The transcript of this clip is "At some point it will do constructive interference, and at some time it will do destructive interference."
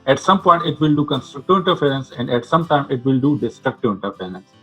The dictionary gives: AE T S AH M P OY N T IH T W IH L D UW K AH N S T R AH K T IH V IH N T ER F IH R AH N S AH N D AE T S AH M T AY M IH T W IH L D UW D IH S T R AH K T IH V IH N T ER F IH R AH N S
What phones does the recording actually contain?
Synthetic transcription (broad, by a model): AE T S AH M P OY N T IH T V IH L D UW K AH N S T R AH K T IH V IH N T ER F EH R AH N S AH N D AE T S AH M T AY M IH T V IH L D UW D IH S T R AH K T IH V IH N T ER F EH R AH N S